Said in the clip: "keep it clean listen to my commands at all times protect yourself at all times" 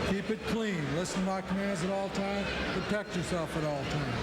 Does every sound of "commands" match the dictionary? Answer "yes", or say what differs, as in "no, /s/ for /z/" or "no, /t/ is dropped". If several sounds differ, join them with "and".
yes